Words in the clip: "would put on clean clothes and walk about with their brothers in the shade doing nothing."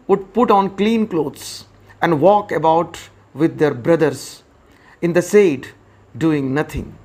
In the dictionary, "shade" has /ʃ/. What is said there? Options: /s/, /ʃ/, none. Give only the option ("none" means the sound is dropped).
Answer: /s/